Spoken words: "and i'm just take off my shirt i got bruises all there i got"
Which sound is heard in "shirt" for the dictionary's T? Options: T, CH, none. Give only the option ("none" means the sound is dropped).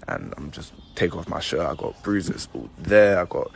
none